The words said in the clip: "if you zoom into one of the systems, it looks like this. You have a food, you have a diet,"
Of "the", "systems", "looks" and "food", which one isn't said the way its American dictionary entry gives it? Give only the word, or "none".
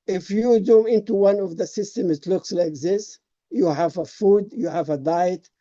systems